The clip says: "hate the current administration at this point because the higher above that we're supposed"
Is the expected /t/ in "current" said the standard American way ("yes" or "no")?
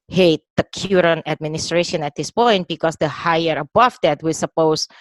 no